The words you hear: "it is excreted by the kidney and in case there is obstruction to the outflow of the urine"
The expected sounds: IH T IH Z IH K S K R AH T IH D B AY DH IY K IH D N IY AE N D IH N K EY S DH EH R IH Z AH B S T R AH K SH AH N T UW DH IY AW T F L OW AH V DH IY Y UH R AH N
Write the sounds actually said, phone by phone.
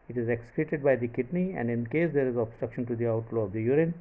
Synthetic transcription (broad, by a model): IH T IH Z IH K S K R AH T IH D B AY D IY K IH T N IY AE N D IH N K EY S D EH R IH Z AH B S T R AH K SH AH N T UW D IY AW T L OW AH V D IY Y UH R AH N